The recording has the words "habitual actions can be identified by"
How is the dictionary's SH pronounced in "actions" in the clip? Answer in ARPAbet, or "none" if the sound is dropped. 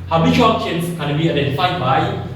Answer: none